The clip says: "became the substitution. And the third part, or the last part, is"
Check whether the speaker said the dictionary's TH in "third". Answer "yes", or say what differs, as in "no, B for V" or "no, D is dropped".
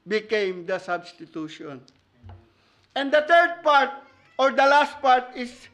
no, T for TH